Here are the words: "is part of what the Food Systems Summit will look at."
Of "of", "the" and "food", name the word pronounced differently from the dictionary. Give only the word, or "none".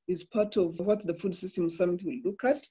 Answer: none